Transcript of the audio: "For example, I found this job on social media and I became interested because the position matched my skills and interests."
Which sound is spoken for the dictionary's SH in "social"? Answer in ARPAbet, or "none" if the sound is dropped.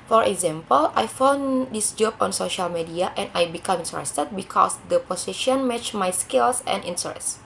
SH